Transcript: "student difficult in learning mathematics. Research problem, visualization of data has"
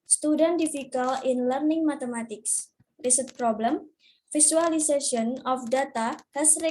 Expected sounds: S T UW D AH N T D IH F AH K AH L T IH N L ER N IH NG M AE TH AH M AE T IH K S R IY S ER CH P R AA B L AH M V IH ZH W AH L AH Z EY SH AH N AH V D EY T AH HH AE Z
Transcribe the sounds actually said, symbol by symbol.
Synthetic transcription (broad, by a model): S T UW D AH N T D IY F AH K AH L IH N L ER N IH NG M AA T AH M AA T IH K S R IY S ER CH P R AA B L AH M F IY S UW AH L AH S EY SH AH N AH F D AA T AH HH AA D